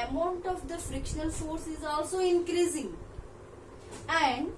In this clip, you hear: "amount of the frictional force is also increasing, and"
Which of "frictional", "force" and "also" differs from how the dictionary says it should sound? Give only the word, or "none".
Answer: none